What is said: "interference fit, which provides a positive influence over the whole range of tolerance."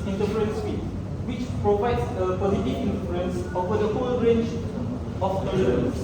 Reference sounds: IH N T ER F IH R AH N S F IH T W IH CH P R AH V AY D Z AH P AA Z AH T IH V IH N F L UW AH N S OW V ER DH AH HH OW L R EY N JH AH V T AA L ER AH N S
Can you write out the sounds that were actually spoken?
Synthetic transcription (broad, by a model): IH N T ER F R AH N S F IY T W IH CH P R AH V AY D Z AH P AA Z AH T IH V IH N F UW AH N S OW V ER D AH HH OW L R EY N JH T AA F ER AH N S